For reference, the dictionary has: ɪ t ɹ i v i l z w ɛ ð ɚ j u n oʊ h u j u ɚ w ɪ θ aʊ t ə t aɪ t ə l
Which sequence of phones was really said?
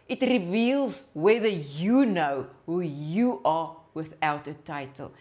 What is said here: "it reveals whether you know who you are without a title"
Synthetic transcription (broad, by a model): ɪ t ɹ i v i l z w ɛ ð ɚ j u n oʊ h u j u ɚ w ɪ θ aʊ t ə t aɪ t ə l